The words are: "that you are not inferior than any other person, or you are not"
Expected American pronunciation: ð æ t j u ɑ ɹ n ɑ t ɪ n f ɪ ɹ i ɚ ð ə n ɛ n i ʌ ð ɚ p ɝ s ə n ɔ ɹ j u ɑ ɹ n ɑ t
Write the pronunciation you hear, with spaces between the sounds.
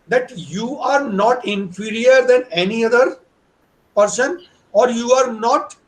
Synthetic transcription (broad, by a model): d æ t j u ɑ ɹ n ɑ t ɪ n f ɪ ɹ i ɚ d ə n ɛ n i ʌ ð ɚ p ɝ s ə n ɔ ɹ j u ɑ ɹ n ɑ t